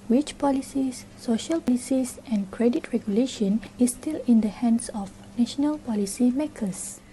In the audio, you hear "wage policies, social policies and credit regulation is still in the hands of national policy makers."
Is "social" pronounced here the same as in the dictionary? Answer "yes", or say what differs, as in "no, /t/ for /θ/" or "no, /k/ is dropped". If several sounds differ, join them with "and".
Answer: yes